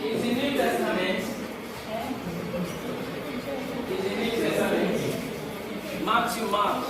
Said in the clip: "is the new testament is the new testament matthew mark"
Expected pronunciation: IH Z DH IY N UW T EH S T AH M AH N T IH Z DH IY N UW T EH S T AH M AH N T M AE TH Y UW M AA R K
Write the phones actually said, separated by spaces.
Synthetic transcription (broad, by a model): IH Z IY N UW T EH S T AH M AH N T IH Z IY N UW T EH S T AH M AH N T M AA S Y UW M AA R